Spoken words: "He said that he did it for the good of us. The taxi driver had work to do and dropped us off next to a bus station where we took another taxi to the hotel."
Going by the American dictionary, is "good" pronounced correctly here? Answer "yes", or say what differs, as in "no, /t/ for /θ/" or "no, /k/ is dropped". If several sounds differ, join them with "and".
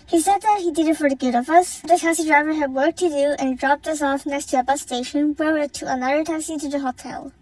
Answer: yes